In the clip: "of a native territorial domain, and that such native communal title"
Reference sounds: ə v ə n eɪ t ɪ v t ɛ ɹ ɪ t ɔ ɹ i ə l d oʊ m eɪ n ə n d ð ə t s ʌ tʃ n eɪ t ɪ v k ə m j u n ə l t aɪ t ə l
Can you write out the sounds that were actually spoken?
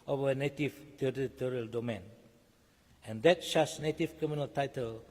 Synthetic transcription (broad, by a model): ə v ə n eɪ t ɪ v t ɛ ɹ ɪ t ɔ ɹ i ə l d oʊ m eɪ n ə n d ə t ʃ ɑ s n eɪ t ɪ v k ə m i n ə l t aɪ t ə l